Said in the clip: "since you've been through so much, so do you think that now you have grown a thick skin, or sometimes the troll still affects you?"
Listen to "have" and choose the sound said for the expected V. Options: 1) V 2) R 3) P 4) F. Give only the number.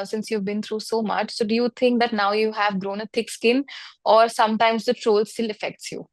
1